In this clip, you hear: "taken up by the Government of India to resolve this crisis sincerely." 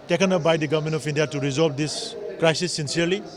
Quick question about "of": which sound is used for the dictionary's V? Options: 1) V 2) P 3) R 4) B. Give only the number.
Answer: 2